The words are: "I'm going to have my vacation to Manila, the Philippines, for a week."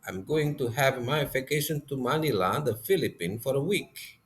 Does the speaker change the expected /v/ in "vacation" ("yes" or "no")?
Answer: yes